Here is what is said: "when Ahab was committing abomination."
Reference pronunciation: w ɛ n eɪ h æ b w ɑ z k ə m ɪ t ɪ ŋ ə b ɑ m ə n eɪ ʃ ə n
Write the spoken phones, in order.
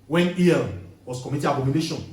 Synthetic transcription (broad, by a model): w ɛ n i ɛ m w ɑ s k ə m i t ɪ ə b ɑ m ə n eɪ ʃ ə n